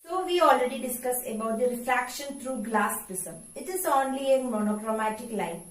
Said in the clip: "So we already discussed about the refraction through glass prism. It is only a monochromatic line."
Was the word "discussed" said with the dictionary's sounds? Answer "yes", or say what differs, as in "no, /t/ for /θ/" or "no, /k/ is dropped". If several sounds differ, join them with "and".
no, /t/ is dropped